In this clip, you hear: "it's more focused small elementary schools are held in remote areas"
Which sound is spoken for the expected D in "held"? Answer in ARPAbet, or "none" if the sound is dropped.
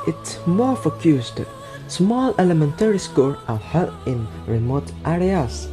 none